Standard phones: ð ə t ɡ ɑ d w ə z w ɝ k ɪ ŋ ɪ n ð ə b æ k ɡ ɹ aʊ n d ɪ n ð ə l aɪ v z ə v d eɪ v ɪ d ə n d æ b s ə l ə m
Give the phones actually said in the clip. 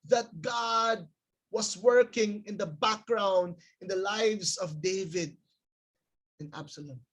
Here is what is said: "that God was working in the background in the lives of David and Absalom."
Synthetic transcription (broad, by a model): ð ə t ɡ ɑ d w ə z w ɝ k ɪ ŋ ɪ n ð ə b æ k ɡ ɹ aʊ n d ɪ n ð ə l aɪ v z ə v d eɪ v ɪ d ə n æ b s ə l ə m